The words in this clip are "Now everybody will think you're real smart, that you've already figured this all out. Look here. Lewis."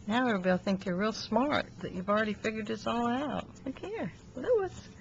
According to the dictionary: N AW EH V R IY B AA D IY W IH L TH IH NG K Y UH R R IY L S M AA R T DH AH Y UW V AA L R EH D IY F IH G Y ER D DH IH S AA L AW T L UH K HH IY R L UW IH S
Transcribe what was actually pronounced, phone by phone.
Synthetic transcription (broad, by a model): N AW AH R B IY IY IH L TH IH NG K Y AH R R IY L S M AA R T DH AH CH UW V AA L R EH D IY F IH G Y ER D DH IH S AA L AW T K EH R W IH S